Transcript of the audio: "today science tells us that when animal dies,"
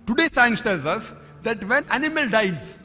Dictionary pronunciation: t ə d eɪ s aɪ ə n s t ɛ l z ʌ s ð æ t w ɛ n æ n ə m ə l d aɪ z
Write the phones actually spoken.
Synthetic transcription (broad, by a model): t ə d eɪ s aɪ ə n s t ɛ l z ʌ s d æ t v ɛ n æ n ə m ə l d aɪ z